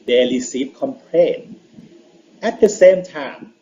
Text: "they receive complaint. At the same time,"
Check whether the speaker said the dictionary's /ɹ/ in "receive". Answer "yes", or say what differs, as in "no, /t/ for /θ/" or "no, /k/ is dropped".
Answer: no, /l/ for /ɹ/